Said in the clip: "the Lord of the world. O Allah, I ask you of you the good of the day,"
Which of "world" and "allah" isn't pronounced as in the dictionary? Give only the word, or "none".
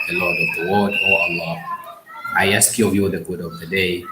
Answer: world